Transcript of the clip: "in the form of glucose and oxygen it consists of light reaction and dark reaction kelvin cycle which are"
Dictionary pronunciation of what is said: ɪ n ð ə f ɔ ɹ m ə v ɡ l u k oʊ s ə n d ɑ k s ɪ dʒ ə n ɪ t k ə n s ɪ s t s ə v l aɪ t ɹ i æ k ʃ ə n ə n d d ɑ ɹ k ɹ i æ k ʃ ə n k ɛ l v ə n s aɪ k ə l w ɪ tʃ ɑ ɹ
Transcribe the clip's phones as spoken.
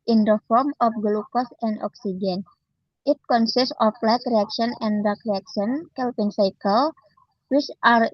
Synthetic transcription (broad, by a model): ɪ n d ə f ɔ ɹ m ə f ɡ l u k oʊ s ə n d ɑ k s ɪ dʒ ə n ɪ t k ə n s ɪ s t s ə f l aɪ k ɹ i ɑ k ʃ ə n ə n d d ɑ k ɹ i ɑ k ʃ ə n k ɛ l p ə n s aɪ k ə l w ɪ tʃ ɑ ɹ